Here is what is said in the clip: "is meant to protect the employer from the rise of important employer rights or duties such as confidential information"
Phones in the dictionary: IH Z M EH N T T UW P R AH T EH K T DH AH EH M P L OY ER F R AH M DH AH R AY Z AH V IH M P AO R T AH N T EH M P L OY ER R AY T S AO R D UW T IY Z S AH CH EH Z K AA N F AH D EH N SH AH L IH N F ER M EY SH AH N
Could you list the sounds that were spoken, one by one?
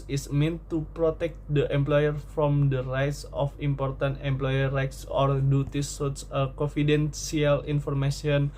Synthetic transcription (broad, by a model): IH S M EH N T T UW P R AH T EH K T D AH EH M P L OY ER F R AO M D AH R AY S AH F IH M P AO R T AH N T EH M P L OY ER R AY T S AO R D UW T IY S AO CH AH K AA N F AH D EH N S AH L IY N F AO M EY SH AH N